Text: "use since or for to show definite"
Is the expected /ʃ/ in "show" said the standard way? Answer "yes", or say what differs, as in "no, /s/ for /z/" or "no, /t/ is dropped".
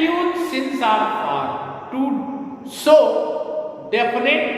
no, /s/ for /ʃ/